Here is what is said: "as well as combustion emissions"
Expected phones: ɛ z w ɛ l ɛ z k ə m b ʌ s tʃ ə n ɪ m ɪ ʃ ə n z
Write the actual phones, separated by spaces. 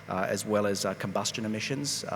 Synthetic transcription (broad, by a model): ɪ z w ɛ l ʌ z k ə m b ʌ s tʃ ə n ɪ m ɪ ʃ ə n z